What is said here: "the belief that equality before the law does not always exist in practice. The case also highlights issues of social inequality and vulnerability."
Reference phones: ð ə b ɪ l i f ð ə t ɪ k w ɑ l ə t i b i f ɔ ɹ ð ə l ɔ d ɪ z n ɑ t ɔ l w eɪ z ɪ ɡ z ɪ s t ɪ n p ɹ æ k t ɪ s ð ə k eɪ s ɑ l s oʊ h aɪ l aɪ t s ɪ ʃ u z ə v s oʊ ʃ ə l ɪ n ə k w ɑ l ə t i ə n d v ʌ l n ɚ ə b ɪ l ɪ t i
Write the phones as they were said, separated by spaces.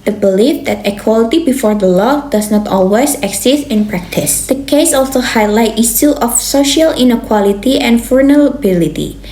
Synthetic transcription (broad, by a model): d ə b ɪ l i f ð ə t ɪ k w ɑ l ə t i b i f ɔ ɹ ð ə l ɔ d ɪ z n ɑ t ɔ l w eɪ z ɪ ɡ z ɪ s t ɪ n p ɹ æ k t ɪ s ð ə k eɪ s ɑ l s oʊ h aɪ l aɪ t i s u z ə f s oʊ ʃ ə l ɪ n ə k w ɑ l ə t i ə n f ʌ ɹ n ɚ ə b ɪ l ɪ t i